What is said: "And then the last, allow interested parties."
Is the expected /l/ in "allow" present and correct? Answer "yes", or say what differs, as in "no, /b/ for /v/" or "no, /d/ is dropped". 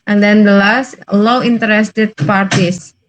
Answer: no, /w/ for /l/